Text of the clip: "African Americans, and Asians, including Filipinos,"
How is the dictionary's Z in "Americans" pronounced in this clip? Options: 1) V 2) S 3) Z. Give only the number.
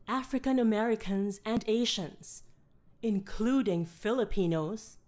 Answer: 3